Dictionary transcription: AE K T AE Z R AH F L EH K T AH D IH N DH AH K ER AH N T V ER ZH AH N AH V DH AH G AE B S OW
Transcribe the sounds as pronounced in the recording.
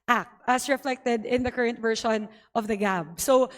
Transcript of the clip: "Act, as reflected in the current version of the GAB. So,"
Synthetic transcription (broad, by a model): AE K T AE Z R AH F L EH K T AH D IH N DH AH K ER AH N T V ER SH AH N AH V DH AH G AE B S OW